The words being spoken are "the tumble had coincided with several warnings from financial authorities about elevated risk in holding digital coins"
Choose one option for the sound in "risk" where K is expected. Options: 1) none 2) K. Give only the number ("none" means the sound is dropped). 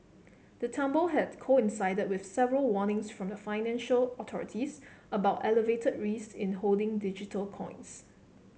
1